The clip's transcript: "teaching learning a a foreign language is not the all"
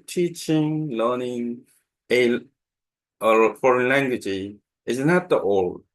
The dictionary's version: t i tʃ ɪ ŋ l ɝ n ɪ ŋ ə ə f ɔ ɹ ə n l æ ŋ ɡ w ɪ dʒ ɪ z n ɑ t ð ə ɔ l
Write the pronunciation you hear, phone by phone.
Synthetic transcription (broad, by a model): t i tʃ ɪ ŋ l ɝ n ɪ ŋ ə ə f ɔ ɹ ə n l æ ŋ ɡ w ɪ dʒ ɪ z n ɑ t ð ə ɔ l